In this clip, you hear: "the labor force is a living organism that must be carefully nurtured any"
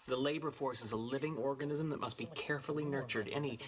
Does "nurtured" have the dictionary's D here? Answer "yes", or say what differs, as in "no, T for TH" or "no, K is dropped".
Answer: yes